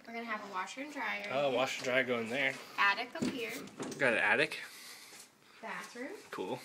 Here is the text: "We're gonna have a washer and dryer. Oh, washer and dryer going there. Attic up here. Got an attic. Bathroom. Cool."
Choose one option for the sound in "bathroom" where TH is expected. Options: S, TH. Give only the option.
S